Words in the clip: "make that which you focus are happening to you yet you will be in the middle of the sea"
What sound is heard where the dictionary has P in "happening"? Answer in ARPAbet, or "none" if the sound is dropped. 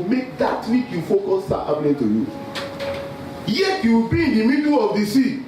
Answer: B